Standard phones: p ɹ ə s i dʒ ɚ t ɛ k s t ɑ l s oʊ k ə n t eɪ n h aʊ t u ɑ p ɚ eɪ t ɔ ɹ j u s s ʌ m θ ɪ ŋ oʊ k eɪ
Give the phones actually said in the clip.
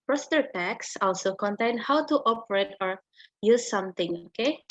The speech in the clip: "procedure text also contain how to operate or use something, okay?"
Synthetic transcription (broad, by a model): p ɹ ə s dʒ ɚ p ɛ k s ɑ l s oʊ k ə n t eɪ n h aʊ t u ɑ p ɚ eɪ t ɔ ɹ j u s s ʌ m t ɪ ŋ oʊ k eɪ